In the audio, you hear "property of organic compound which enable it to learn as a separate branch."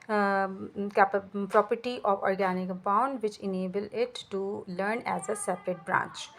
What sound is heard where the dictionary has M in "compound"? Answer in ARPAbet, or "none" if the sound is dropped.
none